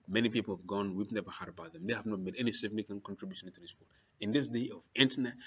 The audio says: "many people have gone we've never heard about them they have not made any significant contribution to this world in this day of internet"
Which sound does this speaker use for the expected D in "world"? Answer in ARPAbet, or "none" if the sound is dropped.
none